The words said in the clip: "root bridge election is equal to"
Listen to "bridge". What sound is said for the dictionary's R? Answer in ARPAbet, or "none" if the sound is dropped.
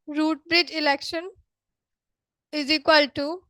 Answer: R